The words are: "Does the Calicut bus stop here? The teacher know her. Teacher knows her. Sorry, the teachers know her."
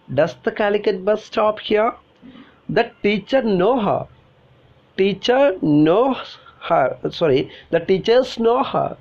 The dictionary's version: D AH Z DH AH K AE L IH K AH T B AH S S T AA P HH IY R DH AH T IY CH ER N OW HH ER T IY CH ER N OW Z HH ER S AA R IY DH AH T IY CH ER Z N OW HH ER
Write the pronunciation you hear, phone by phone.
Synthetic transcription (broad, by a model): D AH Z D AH K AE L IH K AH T B AH S S T AA P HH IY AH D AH T IY CH ER N OW HH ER T IY CH ER N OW HH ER S AA R IY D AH T IY CH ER S N OW HH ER